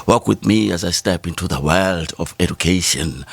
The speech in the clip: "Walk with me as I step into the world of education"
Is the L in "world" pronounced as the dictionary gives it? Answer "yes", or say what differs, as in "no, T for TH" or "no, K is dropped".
yes